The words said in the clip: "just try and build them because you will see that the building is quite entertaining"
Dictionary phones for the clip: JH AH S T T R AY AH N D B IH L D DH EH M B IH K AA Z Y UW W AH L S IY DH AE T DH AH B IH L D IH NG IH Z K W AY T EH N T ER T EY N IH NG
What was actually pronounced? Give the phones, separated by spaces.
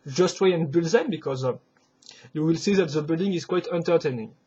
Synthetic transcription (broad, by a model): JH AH S T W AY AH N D B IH L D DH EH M B IH K AA Z Y UW W AH L S IY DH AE T DH AH B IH L D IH NG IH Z K W AY T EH N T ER T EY N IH NG